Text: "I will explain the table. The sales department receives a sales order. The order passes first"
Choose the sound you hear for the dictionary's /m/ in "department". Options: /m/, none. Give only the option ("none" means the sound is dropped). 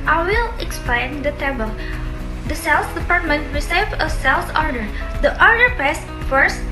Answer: /m/